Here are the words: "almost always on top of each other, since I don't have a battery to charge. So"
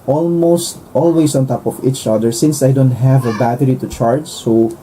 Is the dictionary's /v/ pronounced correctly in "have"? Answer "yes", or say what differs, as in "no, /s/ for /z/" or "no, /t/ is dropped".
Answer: yes